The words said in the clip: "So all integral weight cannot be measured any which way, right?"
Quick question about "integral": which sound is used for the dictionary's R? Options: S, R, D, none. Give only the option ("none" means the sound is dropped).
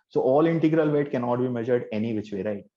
R